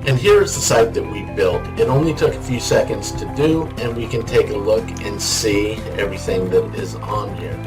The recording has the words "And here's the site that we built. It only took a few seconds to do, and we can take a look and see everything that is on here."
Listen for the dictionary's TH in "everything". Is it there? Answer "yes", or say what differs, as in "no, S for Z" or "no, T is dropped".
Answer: yes